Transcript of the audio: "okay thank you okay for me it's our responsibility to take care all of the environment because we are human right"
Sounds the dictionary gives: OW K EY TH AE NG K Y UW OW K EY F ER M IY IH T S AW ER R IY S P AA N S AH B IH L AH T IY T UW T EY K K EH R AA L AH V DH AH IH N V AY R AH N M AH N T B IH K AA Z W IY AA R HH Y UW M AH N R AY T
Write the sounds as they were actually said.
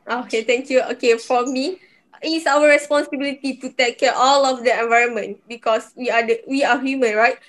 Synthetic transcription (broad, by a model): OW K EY T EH NG K Y UW OW K EY F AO M IY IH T S AW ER R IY S P AA N S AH B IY L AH T IY T UW T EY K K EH AA L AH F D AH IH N V AY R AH N M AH N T B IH K AA S W IY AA W HH Y UW M AH N R AY T